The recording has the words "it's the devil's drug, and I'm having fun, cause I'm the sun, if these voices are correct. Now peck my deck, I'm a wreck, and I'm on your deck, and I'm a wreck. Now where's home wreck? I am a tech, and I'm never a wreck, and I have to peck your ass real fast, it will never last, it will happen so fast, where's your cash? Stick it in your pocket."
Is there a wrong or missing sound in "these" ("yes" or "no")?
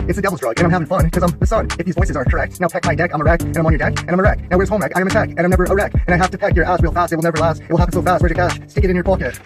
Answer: no